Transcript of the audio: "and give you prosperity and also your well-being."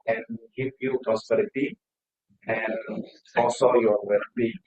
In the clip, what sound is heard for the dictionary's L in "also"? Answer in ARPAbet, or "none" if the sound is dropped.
none